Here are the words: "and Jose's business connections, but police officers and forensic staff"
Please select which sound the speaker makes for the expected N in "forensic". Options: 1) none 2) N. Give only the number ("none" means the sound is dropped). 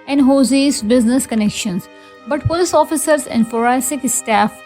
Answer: 1